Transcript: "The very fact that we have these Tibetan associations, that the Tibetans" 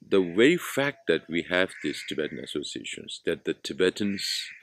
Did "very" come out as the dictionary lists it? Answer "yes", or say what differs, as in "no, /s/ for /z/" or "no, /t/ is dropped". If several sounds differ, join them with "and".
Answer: no, /w/ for /v/ and /ɹ/ is dropped